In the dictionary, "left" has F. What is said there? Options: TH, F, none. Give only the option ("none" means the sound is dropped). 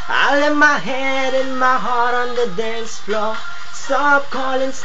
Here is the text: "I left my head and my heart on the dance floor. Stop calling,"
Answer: none